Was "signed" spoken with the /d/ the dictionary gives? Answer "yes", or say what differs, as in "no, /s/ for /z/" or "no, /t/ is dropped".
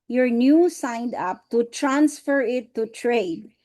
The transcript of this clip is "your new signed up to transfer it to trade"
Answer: yes